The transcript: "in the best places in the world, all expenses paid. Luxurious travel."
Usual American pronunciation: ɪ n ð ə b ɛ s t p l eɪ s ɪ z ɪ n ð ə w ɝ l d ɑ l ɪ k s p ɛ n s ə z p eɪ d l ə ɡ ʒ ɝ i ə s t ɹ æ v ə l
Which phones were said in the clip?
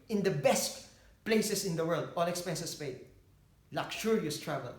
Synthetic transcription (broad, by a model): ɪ n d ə b ɛ s t p l eɪ s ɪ s ɪ n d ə w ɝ l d ɑ l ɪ k s p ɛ n s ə s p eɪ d l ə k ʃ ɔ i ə s t ɹ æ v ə l